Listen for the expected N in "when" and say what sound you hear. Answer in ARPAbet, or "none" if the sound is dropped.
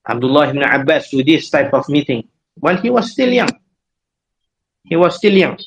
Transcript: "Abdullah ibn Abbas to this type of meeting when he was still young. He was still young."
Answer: L